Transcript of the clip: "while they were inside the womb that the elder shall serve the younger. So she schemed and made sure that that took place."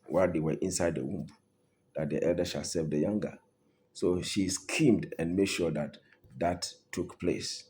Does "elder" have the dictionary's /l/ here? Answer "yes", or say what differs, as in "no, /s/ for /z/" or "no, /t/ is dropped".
yes